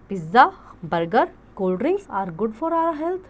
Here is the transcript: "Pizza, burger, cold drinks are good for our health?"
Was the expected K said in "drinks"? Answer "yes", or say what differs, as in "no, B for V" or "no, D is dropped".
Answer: no, K is dropped